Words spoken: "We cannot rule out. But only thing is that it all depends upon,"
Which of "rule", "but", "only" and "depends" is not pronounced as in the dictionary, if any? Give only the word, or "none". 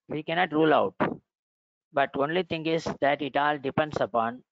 depends